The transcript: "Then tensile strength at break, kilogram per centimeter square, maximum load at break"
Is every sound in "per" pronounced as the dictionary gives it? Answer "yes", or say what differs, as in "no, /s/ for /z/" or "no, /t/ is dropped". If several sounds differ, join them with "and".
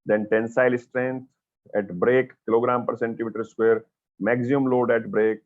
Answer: yes